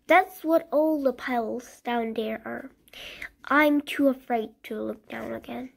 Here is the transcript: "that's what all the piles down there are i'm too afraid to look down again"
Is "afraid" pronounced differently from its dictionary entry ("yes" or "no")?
no